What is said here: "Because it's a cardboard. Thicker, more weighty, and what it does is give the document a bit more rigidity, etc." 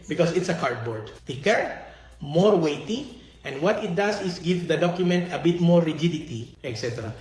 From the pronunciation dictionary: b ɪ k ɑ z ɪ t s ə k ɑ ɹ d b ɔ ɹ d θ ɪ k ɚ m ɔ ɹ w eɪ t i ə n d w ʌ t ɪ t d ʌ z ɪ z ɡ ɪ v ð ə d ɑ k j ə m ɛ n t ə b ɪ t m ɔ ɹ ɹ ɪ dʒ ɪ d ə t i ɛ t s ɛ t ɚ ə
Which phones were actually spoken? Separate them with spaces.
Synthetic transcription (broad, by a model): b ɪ k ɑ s ɪ t s ə k ɑ ɹ d b ɔ ɹ d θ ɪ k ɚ m ɔ ɹ w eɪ t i ə n d w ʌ t ɪ t d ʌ s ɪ s ɡ ɪ v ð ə d ɑ k j ə m ɛ n t ə b ɪ t m ɔ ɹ ɹ ɪ dʒ ɪ d ə t i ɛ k s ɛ t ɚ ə